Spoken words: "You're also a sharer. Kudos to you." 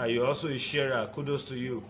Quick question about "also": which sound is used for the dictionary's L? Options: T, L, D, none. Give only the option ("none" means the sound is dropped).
none